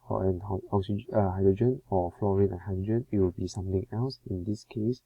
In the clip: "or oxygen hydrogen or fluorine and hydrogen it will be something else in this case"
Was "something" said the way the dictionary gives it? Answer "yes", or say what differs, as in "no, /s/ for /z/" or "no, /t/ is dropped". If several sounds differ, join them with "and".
no, /t/ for /θ/